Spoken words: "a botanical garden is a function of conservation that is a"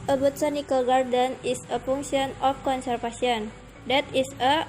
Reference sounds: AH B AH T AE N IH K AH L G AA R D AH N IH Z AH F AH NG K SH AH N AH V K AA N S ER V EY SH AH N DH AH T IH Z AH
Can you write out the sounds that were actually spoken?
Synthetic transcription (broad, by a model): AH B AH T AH N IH K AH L G AA R D AH N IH S AH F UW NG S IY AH N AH F K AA N S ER F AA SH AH N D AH T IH S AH